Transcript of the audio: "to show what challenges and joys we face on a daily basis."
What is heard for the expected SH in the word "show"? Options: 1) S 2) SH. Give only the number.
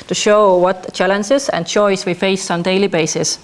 2